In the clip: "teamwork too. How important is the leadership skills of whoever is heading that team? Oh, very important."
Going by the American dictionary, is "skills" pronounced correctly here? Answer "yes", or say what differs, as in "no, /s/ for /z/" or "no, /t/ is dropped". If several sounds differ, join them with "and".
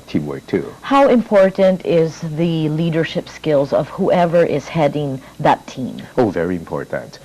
yes